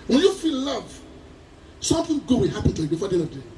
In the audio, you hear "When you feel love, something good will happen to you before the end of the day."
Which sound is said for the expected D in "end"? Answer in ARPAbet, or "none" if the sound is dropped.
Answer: none